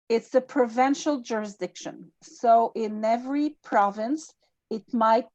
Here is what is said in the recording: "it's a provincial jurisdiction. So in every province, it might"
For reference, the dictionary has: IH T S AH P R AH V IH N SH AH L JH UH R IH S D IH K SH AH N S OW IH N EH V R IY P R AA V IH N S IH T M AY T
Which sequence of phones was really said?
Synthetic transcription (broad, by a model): IH T S AH P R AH V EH N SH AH L JH UH R IH S D IH K SH AH N S OW IH N EH V R IY P R AA V IH N S IH T M AY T